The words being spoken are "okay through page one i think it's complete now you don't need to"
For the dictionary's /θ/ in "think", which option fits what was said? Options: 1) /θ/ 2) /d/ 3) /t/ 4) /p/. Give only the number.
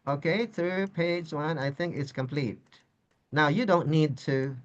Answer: 1